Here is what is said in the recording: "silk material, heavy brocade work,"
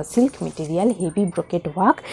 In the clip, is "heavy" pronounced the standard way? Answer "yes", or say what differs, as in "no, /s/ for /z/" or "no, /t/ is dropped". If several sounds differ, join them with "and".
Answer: no, /b/ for /v/